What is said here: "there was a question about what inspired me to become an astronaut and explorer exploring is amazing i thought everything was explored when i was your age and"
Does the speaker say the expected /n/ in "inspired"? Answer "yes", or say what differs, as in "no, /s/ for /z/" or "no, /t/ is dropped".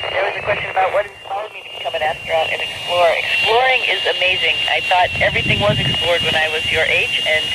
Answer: no, /n/ is dropped